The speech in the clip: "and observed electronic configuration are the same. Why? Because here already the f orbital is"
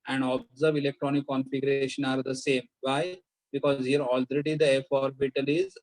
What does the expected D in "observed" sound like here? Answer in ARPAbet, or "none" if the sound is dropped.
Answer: none